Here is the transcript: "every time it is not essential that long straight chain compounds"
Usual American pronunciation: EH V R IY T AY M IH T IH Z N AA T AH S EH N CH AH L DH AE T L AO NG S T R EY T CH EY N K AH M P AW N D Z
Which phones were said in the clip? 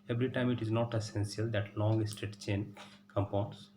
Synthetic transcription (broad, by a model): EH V R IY T AY M IH T IH Z N AA T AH S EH N S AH L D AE T L AO NG S T EY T CH EY N K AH M P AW N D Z